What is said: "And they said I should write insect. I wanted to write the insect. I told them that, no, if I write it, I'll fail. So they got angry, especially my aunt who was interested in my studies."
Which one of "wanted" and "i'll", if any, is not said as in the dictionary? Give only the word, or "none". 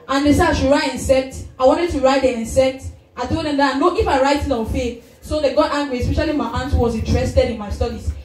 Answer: i'll